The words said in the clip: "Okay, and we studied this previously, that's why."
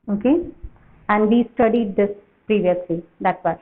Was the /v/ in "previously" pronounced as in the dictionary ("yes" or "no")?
yes